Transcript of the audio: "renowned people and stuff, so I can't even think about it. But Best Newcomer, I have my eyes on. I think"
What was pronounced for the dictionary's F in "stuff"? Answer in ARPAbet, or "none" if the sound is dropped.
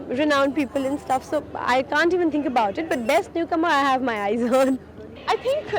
F